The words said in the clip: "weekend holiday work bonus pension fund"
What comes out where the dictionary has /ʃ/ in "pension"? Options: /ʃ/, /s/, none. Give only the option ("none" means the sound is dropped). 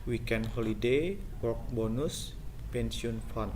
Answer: /s/